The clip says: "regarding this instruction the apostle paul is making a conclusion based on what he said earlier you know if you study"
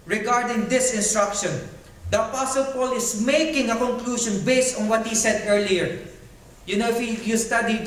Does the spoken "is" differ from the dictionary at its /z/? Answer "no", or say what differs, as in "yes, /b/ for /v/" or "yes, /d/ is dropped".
yes, /s/ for /z/